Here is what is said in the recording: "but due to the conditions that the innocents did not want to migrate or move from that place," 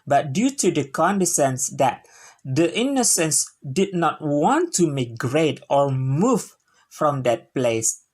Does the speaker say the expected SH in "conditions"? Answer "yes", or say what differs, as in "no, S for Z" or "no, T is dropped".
no, S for SH